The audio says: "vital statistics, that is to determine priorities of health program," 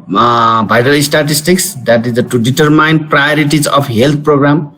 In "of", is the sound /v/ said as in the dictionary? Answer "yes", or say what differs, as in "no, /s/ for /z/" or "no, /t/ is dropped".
no, /p/ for /v/